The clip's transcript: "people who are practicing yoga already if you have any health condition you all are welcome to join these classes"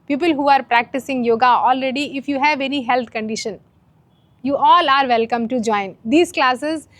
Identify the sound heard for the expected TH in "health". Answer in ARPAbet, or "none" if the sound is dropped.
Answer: T